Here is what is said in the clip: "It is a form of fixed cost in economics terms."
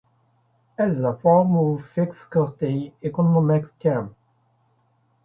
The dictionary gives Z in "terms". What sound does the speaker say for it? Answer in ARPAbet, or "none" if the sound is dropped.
none